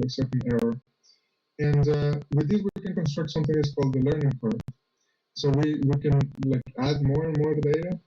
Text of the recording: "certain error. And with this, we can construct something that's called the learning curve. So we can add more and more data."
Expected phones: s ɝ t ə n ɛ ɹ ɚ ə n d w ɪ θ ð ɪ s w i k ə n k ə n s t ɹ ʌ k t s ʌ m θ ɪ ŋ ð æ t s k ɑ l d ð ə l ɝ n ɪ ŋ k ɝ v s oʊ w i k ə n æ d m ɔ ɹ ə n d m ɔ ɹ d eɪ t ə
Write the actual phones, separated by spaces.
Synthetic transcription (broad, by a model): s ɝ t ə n ɛ ɹ ɚ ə n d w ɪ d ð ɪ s w i k ə n k ə n s t ɹ ʌ k t s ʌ m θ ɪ ŋ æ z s k ɑ l d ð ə l ɝ n ɪ ŋ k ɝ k s oʊ w i k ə n æ d m ɔ ɹ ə n m ɔ ɹ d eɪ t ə